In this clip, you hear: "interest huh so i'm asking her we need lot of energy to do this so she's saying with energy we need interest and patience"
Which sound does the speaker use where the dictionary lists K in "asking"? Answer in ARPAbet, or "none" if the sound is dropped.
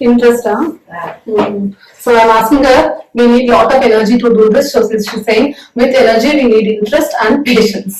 none